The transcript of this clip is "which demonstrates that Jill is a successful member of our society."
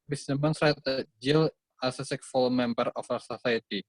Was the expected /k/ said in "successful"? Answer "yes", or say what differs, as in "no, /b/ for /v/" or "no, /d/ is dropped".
no, /k/ is dropped